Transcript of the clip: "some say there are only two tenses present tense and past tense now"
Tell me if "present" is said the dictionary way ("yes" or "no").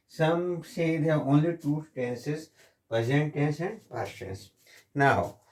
no